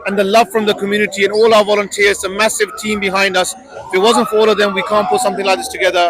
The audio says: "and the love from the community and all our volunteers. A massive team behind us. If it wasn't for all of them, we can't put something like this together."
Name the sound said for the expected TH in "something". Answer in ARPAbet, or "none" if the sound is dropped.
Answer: TH